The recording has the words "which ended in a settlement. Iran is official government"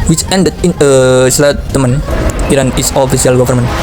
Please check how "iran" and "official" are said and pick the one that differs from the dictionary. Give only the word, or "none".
official